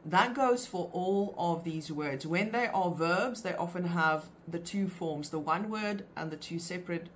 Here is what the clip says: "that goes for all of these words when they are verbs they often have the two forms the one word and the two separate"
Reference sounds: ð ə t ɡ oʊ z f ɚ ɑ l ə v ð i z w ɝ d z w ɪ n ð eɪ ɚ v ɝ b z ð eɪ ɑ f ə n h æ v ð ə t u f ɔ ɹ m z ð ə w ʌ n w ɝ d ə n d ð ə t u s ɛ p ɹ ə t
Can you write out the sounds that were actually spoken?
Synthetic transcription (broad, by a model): ð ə t ɡ oʊ z f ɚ ɑ l ə v ð i z w ɝ d z w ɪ n ð eɪ ɚ v ɝ b z ð eɪ ɑ f ə n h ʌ v ð ə t u f ɔ ɹ m z ð ə w ʌ n w ɝ d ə n ð ə t u s ɛ p ɹ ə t